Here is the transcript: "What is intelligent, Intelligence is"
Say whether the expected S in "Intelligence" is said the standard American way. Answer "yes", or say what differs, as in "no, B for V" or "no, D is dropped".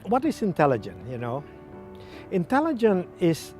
no, S is dropped